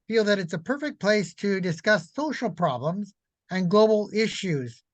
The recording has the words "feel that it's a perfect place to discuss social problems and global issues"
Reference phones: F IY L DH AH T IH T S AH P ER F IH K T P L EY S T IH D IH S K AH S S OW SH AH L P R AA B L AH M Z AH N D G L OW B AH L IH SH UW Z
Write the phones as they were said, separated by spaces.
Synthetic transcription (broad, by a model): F IY L DH AH T IH T S AH P ER F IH K P L EY S T IH D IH S K AH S S OW SH L P R AA B L AH M Z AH N G L OW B L IH SH UW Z